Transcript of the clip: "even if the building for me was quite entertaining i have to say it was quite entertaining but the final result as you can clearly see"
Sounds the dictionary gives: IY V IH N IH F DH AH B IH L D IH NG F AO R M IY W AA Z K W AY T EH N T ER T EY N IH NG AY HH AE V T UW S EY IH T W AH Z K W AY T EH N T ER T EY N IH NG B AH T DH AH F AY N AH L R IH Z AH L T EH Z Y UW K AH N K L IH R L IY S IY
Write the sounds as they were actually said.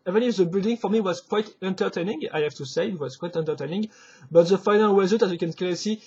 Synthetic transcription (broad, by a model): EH V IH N IH F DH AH B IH L D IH NG F AO R M IY W AA Z K W AY T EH N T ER T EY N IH NG AY HH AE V T UW S EY IH T W AH Z K W AY T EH N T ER T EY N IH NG B AH T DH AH F AY N AH L W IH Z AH T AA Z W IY K AH N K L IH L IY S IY